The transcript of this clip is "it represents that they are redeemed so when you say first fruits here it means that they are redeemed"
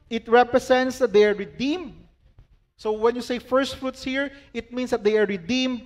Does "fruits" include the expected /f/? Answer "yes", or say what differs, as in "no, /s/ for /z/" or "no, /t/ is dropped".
yes